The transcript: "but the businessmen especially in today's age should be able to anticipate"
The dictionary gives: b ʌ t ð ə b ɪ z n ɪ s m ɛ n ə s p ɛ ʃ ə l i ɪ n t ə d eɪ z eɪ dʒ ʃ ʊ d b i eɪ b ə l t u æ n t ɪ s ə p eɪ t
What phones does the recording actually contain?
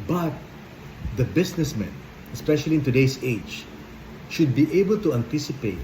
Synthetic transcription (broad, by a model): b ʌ t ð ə b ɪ s n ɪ s m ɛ n ə s p ɛ ʃ ə l i ɪ n t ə d eɪ s eɪ dʒ ʃ ʊ d b i eɪ b ə l t u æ n t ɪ s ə p eɪ t